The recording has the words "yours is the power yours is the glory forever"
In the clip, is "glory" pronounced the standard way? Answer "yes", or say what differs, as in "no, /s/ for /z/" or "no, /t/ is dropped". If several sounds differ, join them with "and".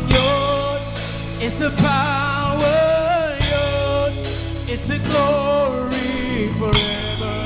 yes